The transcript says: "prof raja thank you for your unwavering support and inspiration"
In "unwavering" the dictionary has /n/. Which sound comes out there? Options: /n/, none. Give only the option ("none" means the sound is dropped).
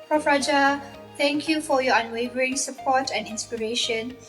/n/